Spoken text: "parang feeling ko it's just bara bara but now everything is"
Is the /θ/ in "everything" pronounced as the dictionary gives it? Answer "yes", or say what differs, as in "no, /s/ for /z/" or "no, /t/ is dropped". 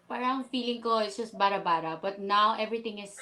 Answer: no, /t/ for /θ/